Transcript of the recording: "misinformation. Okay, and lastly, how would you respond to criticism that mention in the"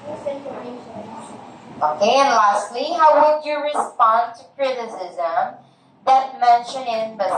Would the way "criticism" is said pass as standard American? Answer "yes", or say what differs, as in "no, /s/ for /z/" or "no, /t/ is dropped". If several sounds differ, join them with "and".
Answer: yes